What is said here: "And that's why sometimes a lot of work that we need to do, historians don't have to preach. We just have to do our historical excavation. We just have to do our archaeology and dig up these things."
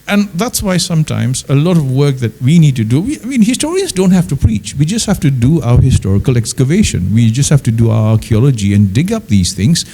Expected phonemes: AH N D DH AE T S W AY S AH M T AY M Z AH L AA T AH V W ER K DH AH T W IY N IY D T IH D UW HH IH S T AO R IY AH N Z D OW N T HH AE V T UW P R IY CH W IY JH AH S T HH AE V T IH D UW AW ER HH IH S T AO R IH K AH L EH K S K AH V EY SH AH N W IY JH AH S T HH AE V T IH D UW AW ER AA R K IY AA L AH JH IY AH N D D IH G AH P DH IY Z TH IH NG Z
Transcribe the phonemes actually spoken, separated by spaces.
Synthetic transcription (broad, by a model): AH N DH AE T S W AY S AH M T AY M Z AH L AA T AH V W ER K DH AH T W IY N IY D T IH D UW HH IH S T AO R IY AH N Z D OW N T HH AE F T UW P R IY CH W IY JH AH S T HH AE F T IH D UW AW ER HH IH S T AO R IH K AH L EH K S K AH V EY SH AH N W IY JH AH S T HH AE F T IH D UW AW ER AA R K IY AA L AH JH IY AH N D D IH G AH P DH IY Z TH IH NG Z